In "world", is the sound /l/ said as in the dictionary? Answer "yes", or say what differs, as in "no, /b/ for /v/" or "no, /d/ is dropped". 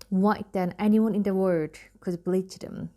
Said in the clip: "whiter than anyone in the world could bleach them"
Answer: no, /l/ is dropped